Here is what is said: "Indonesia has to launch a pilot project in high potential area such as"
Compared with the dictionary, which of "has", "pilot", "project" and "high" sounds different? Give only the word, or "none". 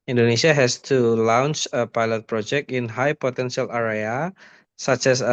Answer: has